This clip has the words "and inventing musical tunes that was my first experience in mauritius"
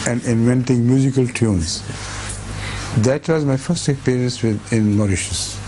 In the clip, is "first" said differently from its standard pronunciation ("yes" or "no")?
no